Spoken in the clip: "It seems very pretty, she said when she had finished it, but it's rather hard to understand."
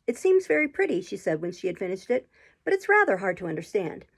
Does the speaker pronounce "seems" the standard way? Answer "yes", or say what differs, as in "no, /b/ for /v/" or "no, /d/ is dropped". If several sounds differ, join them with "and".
yes